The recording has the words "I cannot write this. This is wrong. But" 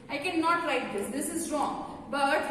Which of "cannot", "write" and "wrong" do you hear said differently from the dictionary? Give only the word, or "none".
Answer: write